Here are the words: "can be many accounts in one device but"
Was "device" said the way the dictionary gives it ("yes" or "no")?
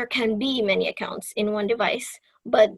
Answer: yes